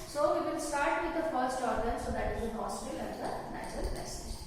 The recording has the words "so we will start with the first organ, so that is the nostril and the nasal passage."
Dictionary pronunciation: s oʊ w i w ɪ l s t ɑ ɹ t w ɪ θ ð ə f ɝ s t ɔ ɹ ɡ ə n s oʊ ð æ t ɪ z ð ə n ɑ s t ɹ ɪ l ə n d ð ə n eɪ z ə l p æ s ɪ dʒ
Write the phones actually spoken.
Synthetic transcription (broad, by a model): s oʊ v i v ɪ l s t ɑ ɹ t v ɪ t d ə f ɝ s t ɔ ɹ ɡ ə n s oʊ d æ t ɪ z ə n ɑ s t ɪ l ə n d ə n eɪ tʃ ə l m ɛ s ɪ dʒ